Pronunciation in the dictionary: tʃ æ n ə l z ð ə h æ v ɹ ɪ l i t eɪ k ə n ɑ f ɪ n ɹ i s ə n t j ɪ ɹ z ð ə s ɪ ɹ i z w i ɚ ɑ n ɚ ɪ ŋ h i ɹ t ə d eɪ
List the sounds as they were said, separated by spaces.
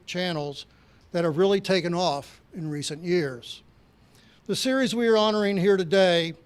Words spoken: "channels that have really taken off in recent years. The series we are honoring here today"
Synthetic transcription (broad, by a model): tʃ æ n l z ð ə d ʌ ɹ ɹ ɪ l i t eɪ k ə n ɑ f ɪ n ɹ i s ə n j ɪ ɹ z ð ə s ɪ ɹ i z w i ɚ ɑ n ɚ ɪ ŋ h i ɹ t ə d eɪ